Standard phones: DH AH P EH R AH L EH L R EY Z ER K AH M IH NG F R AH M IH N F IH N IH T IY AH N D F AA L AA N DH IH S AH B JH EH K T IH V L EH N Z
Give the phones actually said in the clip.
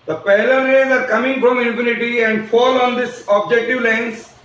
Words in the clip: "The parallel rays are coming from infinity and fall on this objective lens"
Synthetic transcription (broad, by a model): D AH P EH L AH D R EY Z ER K AH M IH NG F R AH M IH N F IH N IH T IY AH N D F AA L AA N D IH S AH B JH EH K T IH V L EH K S